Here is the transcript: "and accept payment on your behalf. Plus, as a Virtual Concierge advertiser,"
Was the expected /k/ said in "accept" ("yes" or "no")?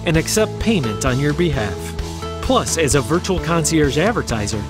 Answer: yes